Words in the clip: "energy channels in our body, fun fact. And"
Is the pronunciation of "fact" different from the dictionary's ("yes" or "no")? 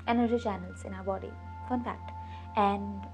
yes